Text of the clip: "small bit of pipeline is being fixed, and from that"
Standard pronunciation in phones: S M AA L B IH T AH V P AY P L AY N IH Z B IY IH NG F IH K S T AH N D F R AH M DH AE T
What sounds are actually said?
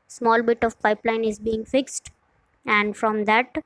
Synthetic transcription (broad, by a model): S M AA L B IH T AH V P AY P L AY N IH Z B IY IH NG F IH K S T AH N D F R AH M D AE T